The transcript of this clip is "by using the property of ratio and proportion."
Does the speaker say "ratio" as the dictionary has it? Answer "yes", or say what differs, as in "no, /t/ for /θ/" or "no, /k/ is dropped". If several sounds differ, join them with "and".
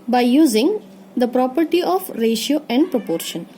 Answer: yes